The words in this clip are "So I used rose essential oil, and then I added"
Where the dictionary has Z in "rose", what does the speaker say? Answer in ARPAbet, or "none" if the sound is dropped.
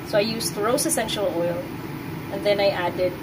S